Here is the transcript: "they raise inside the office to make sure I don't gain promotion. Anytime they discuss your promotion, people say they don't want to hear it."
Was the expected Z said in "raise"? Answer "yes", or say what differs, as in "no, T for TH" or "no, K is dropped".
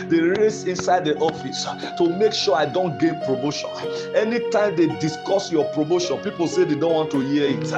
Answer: no, S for Z